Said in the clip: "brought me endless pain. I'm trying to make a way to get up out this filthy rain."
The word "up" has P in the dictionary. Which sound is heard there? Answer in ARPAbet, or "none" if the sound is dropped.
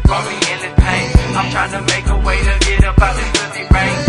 B